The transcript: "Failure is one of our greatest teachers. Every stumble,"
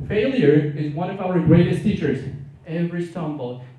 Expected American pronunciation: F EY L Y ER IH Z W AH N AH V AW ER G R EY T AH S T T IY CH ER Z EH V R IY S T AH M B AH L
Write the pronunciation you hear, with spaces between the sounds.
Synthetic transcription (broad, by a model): F EY L Y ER IH Z W AH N AH V AW ER G R EY T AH S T T IY CH ER Z EH V R IY S T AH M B L